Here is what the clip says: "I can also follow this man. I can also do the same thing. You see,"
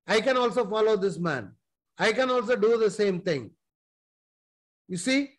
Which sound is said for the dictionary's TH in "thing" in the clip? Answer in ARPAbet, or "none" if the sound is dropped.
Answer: T